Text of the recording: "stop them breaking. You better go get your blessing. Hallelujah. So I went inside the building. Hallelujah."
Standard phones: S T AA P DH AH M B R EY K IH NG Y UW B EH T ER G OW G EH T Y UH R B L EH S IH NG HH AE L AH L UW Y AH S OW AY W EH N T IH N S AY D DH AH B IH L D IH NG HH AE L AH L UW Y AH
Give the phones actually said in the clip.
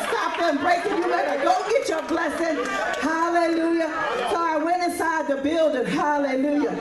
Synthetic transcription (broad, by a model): S T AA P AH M B R EY K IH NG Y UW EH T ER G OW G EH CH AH R B L EH S IH NG HH AE L AH L UW Y AH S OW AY W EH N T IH S AY D DH AH B IH L D IH NG HH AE L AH L UW Y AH